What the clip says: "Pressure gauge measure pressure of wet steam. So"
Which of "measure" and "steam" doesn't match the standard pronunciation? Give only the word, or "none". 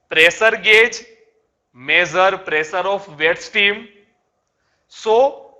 measure